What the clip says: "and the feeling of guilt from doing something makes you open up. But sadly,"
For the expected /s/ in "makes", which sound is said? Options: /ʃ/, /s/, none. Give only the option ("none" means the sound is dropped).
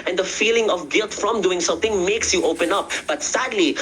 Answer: /s/